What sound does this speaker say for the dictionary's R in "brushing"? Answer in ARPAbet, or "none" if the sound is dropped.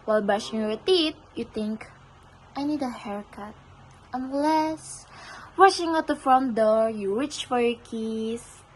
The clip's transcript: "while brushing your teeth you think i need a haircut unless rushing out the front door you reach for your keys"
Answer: none